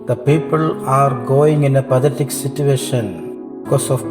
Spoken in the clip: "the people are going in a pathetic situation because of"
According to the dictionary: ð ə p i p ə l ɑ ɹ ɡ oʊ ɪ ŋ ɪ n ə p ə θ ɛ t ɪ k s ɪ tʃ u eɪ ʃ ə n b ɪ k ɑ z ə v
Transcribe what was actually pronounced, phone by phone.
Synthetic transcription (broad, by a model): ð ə p i p ə l ɑ ɹ ɡ oʊ ɪ ŋ ɪ n ə p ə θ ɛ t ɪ k s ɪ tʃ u eɪ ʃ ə n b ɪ k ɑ s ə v